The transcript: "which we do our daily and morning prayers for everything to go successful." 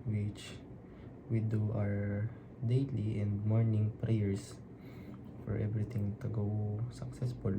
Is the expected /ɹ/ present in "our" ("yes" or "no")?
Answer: yes